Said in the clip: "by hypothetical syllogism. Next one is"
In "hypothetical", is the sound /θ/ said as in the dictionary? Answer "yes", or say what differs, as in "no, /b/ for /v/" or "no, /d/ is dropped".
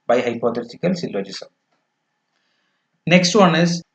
no, /t/ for /θ/